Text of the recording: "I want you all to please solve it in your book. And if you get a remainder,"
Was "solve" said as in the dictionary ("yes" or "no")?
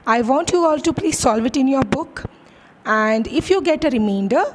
yes